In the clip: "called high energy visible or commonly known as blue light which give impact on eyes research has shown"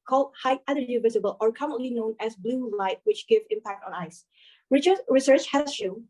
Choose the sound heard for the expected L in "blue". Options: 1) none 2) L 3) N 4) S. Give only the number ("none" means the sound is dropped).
2